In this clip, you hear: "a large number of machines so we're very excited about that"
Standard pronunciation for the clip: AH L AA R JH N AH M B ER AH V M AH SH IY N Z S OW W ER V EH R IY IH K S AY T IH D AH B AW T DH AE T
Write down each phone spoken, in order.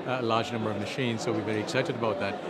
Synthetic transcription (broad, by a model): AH L AA R JH N AH M B ER AH V M AH SH IY N Z S OW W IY V EH R IY IH K S AY T IH D AH B AW T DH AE T